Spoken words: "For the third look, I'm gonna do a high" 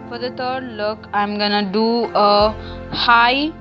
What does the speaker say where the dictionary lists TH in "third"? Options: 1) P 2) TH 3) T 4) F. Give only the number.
3